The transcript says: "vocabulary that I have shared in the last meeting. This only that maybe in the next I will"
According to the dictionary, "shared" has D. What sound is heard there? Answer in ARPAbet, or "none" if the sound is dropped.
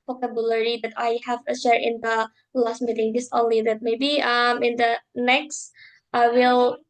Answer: none